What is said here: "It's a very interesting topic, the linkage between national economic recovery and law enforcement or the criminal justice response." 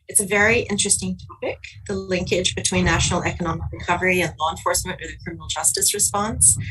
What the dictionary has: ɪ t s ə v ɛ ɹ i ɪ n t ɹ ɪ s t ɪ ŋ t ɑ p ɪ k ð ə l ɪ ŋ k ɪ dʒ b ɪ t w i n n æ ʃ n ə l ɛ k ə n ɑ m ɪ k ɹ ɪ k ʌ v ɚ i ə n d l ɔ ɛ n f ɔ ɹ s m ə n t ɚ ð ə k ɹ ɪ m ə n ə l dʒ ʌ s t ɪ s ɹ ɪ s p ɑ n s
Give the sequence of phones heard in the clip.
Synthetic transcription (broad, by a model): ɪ t s ə v ɛ ɹ i ɪ n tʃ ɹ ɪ s t ɪ ŋ t ɑ p ɪ k ð ə l ɪ ŋ k ɪ dʒ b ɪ t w i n n æ ʃ n l ɛ k ə n ɑ m ɪ k ɹ ɪ k ʌ v ɚ i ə n l ɔ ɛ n f ɔ ɹ s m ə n ɚ ð ə k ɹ ɪ m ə n l dʒ ʌ s t ɪ s ɹ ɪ s p ɑ n s